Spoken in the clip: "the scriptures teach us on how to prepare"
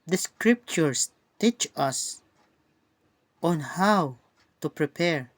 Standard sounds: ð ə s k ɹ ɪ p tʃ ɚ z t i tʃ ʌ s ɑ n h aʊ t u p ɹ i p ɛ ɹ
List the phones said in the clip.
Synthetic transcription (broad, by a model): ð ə s k ɹ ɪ p tʃ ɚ s t i tʃ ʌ s ɑ n h aʊ t u p ɹ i p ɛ ɹ